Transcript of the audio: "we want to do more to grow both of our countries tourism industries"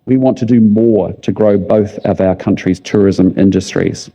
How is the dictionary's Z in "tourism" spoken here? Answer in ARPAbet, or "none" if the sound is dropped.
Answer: Z